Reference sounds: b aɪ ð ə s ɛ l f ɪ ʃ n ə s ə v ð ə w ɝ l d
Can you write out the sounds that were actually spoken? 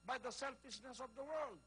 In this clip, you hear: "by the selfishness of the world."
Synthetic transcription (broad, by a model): b aɪ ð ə s ɛ l f ɪ ʃ n ə s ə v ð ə w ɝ l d